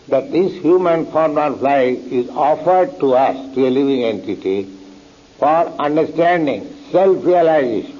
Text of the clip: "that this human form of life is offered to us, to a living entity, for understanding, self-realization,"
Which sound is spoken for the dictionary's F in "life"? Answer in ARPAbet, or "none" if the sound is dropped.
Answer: none